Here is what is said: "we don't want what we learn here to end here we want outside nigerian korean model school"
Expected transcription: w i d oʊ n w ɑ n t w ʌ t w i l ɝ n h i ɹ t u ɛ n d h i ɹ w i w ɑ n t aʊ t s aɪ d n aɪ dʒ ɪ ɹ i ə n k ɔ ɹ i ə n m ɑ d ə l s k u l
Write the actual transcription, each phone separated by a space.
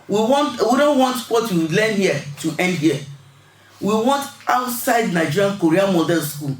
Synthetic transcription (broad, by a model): w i d oʊ n w ɑ n t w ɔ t w i l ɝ n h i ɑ t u ɛ n d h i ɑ w i w ɑ n t aʊ t s aɪ d n aɪ dʒ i ɹ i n k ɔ ɹ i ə m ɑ d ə n s k u l